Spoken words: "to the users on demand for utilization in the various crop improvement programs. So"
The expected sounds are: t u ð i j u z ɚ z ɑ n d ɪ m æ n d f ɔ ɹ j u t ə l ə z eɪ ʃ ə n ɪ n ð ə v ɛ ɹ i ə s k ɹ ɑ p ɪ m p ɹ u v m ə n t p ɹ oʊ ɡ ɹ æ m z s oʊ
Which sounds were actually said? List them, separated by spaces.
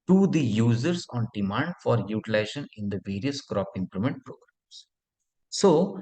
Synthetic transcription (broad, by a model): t u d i j u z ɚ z ɑ n d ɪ m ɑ n d f ɔ ɹ j u t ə l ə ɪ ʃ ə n ɪ n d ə v ɛ ɹ i ə s k ɹ ɑ p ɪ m p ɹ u m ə n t p ɹ oʊ ɡ ɹ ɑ m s s oʊ